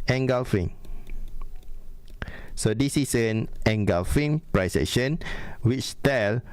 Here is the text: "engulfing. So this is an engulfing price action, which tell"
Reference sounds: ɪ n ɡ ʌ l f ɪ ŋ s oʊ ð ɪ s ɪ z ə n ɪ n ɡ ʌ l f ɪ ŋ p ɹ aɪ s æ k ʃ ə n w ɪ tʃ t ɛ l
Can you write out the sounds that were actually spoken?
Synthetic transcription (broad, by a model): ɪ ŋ ɡ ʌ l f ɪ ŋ s oʊ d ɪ s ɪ s ə n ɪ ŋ ɡ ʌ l f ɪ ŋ p ɹ aɪ s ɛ ʃ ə n w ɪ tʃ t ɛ l